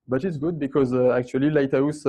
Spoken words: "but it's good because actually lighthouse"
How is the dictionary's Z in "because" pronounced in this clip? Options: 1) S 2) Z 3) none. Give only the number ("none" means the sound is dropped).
2